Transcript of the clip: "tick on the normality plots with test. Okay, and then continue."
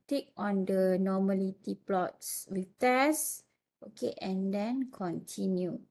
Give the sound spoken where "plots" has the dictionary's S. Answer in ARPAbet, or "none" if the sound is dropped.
S